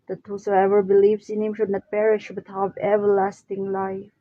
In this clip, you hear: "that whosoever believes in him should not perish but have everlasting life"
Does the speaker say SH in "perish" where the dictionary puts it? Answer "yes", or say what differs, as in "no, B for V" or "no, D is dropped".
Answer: yes